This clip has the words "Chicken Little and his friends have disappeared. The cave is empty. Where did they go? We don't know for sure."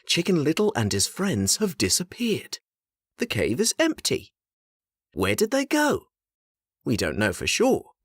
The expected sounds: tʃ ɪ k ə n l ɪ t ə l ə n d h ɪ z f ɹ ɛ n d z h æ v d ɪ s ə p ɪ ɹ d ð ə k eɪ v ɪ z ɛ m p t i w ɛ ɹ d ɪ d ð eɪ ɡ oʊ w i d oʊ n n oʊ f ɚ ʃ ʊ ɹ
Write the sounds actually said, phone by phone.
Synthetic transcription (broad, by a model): tʃ ɪ k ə n l ɪ t l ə n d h ɪ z f ɹ ɛ n d z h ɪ v d ɪ s ə p ɪ ɹ d ð ə k eɪ v ɪ z ɛ m p t i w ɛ ɹ d ɪ d ð eɪ ɡ oʊ w i d oʊ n n oʊ f ɚ ʃ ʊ ɹ